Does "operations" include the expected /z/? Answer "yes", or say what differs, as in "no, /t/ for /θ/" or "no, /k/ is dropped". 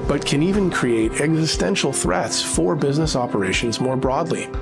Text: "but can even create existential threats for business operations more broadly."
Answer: yes